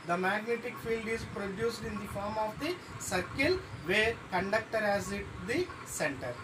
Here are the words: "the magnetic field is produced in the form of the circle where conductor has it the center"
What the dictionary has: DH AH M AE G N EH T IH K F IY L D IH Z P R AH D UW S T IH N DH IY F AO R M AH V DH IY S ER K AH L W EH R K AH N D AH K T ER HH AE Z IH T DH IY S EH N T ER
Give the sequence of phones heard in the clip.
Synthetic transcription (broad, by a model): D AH M AE G N EH T IH K F IY L D IH Z P R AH D UW S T IH N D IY F AO R M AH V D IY S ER K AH L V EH R K AH N D AH K T ER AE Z IH T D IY S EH N T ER